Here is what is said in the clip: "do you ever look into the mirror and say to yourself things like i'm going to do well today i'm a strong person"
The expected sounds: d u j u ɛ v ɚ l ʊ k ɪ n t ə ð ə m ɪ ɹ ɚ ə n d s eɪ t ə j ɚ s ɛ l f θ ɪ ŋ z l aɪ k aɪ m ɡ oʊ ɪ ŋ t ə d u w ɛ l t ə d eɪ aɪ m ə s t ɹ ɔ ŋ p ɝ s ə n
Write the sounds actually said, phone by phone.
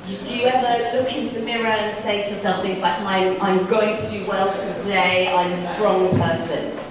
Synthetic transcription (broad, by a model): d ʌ j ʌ ɛ v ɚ l ʊ k ɪ n t ə ð ə m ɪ ɹ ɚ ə n s eɪ t ə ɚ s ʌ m θ ɪ ŋ z l aɪ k aɪ m ɡ oʊ ɪ ŋ t ə d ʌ w ɛ l t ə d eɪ aɪ m ə s t ɹ ɔ ŋ p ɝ s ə n